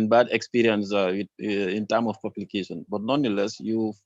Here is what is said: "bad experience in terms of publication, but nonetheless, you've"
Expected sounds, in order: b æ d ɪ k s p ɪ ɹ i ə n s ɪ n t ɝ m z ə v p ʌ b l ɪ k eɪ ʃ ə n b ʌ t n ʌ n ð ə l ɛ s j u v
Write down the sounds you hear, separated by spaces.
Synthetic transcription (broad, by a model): b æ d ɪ k s p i ɹ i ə n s ɪ n t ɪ m ə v p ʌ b l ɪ k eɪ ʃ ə n b ʌ t n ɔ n ə l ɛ s j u